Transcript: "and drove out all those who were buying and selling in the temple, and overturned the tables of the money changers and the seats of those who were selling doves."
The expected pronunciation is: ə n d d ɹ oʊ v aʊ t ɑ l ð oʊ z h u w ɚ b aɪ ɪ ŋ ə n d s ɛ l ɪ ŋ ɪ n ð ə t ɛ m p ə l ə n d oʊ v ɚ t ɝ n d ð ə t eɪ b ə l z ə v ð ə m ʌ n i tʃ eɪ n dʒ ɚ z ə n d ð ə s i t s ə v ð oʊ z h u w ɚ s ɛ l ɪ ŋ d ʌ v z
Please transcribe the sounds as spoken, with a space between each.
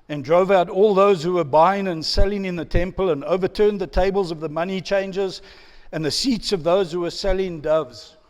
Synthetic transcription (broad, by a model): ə n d d ɹ oʊ v aʊ t ɑ l ð oʊ z h u w ɚ b aɪ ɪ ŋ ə n s ɛ l ɪ ŋ ɪ n ð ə t ɛ m p ə l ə n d oʊ v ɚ t ɝ n ð ə t eɪ b ə l z ə v ð ə m ʌ n i tʃ eɪ n dʒ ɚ z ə n ð ə s i t s ə v ð oʊ z h u w ɚ s ɛ l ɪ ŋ d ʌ v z